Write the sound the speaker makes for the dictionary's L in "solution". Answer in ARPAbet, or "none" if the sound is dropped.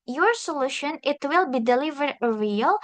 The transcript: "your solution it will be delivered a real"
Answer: L